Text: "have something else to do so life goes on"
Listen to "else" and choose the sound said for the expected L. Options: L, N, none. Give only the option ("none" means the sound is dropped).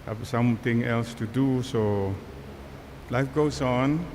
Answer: L